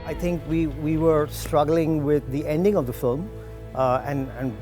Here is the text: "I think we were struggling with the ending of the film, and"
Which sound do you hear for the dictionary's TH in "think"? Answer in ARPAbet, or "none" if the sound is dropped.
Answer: T